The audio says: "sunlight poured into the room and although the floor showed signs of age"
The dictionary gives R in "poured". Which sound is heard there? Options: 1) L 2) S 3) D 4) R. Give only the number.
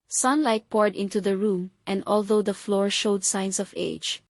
4